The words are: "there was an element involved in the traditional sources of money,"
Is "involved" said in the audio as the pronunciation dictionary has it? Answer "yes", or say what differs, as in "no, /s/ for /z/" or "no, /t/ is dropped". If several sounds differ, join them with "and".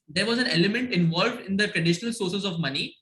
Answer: yes